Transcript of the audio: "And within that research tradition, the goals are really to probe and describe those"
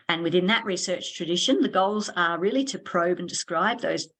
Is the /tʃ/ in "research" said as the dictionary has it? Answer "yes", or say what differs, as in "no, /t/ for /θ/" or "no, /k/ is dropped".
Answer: yes